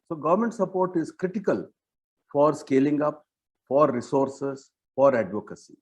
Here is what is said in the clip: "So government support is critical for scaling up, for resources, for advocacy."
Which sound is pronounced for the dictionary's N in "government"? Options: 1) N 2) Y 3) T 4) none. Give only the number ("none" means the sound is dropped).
1